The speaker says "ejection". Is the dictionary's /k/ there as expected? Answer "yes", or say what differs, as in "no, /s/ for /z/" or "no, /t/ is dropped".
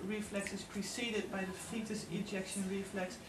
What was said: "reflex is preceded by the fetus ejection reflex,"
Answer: yes